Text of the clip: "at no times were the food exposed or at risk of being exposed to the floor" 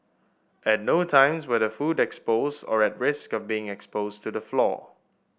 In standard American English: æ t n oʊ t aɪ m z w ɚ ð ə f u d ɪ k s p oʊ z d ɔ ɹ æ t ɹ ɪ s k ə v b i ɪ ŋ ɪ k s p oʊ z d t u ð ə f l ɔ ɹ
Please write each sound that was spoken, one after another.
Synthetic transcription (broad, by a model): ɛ t n oʊ t aɪ m s w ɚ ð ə f u d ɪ k s p oʊ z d ɔ ɹ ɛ t ɹ ɪ s k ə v b i ɪ ŋ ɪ k s p oʊ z t u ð ə f l ɔ